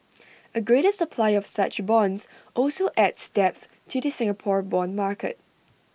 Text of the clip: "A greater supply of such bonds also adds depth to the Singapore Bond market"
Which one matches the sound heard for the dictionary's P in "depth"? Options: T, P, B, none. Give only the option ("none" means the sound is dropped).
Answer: P